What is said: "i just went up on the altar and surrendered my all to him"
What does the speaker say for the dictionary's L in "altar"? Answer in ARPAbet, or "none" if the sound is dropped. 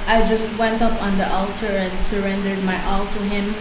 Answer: L